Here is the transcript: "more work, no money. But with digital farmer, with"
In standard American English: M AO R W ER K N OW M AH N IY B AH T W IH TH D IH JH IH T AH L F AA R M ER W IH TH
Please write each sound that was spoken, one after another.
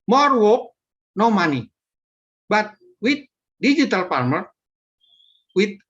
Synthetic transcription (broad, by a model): M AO R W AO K N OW M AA N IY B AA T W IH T D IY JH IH T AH L P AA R M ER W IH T